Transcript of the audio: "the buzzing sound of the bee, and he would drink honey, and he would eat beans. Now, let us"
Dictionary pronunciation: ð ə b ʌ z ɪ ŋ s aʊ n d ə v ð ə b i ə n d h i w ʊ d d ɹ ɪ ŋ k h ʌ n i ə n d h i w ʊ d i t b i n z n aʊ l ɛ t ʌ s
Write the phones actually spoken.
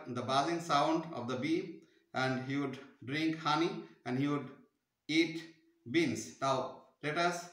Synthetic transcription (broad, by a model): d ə b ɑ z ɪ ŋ s aʊ n d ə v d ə b i ə n d h i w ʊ d d ɹ ɪ ŋ k h ʌ n i ə n d h i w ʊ d i t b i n s n aʊ l ɛ t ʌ s